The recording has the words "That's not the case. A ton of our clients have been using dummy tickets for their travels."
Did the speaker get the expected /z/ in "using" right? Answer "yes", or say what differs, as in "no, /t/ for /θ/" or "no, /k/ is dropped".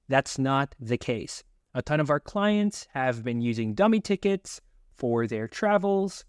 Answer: yes